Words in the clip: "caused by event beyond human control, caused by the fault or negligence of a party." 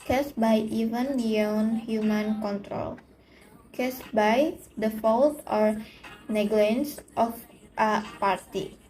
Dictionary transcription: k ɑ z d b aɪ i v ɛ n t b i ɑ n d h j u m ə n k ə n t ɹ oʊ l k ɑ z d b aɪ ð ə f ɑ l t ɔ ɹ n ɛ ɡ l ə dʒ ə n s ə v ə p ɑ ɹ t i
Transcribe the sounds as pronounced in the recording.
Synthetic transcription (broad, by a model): k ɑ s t b aɪ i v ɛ n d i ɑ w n h j u m ə n k ə n t ɹ oʊ l k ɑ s b aɪ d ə f ɑ l t ɔ ɹ n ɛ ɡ l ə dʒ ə n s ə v ə p ɑ ɹ t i